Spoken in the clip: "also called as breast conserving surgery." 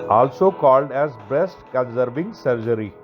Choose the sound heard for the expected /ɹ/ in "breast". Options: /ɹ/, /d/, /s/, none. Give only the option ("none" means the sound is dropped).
/ɹ/